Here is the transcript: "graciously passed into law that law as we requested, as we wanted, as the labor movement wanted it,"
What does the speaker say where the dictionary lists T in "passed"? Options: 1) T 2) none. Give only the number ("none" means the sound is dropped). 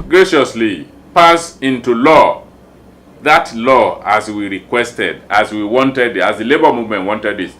2